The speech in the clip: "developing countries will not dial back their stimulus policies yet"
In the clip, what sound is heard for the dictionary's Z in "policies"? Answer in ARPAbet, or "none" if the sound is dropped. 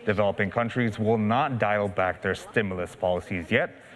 Z